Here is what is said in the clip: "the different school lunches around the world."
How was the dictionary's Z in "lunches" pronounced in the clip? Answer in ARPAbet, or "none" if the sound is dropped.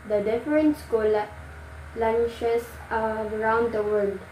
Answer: S